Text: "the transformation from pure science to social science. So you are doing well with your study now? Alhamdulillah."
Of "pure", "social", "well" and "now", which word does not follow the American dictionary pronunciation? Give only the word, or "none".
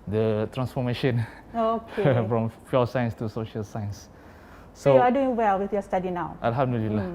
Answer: pure